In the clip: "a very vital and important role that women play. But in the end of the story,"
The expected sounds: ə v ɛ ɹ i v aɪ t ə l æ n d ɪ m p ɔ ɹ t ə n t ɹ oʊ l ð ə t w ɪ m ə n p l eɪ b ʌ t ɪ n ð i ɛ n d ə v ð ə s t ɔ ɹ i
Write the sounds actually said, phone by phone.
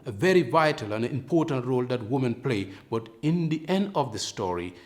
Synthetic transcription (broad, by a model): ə v ɛ ɹ i v aɪ t ə l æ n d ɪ m p ɔ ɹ t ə n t ɹ oʊ l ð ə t w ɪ m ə n p l eɪ b ʌ t ɪ n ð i ɛ n d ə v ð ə s t ɔ ɹ i